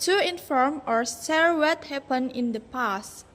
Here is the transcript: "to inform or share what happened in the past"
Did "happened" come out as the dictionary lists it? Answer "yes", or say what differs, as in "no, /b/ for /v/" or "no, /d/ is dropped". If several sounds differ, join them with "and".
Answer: no, /d/ is dropped